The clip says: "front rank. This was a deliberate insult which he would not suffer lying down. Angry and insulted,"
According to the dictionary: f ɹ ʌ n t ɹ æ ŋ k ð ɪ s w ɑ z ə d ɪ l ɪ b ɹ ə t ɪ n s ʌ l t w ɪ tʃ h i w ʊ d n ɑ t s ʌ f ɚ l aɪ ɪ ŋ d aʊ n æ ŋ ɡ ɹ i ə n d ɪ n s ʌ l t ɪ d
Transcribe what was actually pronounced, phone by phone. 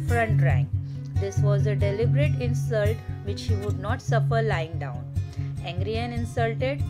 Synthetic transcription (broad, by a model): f ɹ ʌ n t ɹ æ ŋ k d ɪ s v ɑ z ə d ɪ l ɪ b ɹ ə t ɪ n s ʌ l t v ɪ tʃ h i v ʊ d n ɑ t s ʌ f ɚ l aɪ ɪ ŋ d aʊ n æ ŋ ɡ ɹ i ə n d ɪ n s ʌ l t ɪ d